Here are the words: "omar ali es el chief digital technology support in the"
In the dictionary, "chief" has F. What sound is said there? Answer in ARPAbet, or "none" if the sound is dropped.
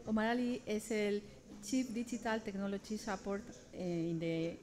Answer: P